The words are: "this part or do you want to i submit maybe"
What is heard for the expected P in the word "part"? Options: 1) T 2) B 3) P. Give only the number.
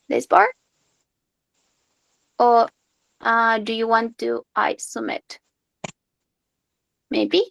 2